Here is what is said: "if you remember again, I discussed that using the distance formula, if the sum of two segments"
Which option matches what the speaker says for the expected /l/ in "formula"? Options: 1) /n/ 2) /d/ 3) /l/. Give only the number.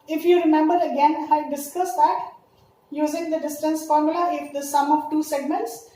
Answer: 3